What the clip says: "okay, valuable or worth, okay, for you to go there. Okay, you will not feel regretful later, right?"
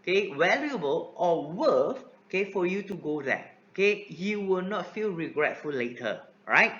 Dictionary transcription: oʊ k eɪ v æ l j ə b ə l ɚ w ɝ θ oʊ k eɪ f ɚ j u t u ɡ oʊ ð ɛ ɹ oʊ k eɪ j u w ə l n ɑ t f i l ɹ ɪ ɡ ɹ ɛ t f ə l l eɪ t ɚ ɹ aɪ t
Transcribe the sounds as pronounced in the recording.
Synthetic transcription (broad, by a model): k eɪ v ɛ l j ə b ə l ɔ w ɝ f oʊ k eɪ f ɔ j u t u ɡ oʊ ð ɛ oʊ k eɪ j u w ə l n ɑ t f i l ɹ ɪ ɡ ɹ ɛ t f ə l l eɪ t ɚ ɹ aɪ t